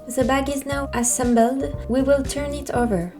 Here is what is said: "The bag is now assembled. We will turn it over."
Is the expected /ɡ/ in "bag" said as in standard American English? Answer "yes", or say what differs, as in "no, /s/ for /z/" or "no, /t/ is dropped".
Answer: yes